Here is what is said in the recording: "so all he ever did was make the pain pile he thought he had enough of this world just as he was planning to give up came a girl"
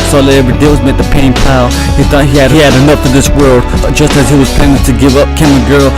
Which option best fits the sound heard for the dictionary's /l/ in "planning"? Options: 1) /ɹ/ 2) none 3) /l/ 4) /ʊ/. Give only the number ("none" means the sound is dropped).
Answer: 2